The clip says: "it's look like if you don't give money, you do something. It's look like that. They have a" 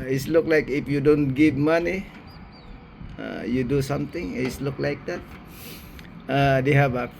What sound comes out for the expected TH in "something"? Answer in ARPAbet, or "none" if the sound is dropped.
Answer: T